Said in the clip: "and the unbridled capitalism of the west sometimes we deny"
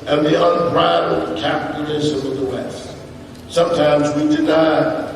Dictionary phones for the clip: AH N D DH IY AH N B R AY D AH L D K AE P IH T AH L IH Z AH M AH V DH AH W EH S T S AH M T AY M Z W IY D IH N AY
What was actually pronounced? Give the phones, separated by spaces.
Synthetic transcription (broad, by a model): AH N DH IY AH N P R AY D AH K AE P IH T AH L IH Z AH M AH DH AH W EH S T S AH M T AY M Z W IY D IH N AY